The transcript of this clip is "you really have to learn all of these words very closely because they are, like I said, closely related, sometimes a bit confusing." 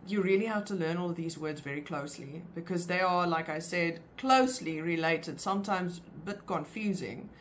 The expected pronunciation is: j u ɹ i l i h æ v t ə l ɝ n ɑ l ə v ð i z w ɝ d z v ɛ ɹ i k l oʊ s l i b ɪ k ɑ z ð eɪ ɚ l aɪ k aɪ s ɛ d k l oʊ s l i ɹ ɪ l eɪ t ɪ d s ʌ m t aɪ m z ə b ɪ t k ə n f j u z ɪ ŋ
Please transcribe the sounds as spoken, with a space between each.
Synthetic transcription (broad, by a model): j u ɹ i l i h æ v t ə l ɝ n ɑ l ə v ð i z w ɝ d z v ɛ ɹ i k l oʊ s l i b ɪ k ɑ z ð eɪ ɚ l aɪ k aɪ s ɛ d k l oʊ s l i ɹ ɪ l eɪ t ɪ d s ʌ m t aɪ m z b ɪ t k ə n f j u z ɪ ŋ